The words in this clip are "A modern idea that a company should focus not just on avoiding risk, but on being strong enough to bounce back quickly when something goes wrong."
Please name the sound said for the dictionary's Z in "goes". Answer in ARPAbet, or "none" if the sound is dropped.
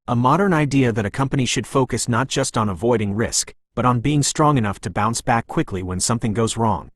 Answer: Z